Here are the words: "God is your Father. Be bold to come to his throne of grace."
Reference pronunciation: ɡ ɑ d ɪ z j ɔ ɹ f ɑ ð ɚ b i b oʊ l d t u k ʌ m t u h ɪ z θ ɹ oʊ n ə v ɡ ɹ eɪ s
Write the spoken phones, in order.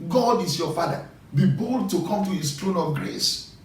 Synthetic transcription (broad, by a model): ɡ ɑ d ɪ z j ɔ f ɑ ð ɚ b i b oʊ l d t u k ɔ m t u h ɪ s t ɹ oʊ n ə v ɡ ɹ eɪ s